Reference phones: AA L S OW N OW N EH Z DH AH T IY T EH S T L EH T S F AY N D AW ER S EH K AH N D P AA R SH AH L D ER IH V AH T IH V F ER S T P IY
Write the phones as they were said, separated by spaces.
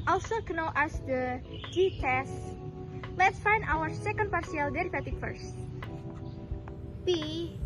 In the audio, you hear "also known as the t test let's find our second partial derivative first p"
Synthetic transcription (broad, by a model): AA L S OW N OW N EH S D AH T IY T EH S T L EH T S F AY N D AW ER S EH K AH N D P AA R S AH L D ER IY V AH T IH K F ER S T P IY